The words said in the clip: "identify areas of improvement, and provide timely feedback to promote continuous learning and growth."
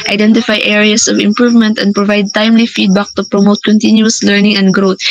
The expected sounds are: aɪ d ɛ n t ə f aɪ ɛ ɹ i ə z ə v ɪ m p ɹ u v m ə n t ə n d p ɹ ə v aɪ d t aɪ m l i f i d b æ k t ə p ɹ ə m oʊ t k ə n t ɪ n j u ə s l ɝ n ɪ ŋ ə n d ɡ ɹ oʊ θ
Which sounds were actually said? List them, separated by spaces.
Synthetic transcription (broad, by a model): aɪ d ɛ n t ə f aɪ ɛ ɹ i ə s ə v ɪ m p ɹ u v m ə n t ə n d p ɹ ə v aɪ d t aɪ m l i f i d b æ k t ə p ɹ ə m oʊ t k ə n t ɪ n j u ə s l ɝ n ɪ ŋ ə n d ɡ ɹ oʊ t